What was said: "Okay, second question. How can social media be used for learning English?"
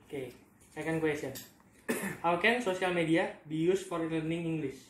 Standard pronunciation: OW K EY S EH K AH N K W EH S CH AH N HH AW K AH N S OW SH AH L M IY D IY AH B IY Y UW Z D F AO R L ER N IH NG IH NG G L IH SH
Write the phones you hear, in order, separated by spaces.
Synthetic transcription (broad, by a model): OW K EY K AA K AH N K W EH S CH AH N HH AW K AH N S OW S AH L M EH D IY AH B IY Y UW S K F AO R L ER N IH NG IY NG G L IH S